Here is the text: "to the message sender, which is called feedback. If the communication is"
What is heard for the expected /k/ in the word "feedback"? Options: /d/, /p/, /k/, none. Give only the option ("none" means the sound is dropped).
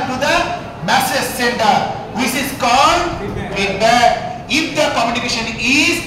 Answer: none